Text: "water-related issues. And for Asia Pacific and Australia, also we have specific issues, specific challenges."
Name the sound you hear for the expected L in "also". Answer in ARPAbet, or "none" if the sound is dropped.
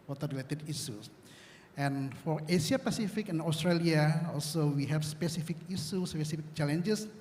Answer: L